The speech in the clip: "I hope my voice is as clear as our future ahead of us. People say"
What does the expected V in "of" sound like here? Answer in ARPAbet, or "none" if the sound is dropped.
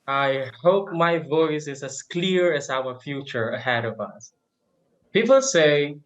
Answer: V